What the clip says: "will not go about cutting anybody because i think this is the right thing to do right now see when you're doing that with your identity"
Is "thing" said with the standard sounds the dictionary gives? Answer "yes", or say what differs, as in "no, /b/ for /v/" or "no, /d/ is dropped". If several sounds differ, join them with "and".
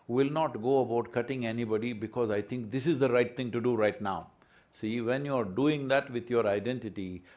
no, /t/ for /θ/